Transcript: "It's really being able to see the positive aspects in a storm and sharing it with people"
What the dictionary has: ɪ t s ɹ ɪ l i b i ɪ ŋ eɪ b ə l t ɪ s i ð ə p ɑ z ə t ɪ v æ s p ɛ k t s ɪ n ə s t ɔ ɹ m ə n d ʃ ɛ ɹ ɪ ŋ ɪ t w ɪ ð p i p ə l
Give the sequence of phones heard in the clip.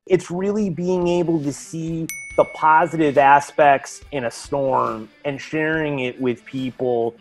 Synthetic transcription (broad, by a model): ɪ t s ɹ ɪ l i b i ɪ ŋ eɪ b l t ɪ s i ð ə p ɑ z ə t ɪ v æ s p ɛ k t s ɪ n ə s t ɔ ɹ m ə n ʃ ɛ ɹ ɪ ŋ ɪ t w ɪ ð p i p l